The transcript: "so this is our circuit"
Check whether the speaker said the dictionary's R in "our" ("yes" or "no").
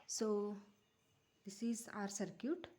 yes